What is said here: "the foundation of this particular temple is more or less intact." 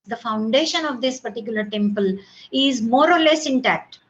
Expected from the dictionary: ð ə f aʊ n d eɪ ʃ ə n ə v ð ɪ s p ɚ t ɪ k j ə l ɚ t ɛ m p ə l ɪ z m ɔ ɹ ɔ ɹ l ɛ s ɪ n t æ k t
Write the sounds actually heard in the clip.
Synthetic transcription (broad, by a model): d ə f aʊ n d eɪ ʃ ə n ə v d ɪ s p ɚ t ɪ k j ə l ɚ t ɛ m p ə l ɪ z m ɔ ɹ ɔ ɹ l ɛ s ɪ n t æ k t